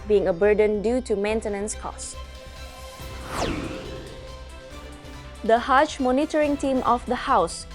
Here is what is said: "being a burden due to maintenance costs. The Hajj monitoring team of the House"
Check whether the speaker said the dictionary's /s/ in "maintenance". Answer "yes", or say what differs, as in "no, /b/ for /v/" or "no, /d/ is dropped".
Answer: yes